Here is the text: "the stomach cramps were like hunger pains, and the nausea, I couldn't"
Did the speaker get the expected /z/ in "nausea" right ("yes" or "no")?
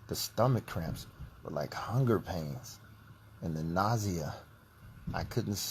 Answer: yes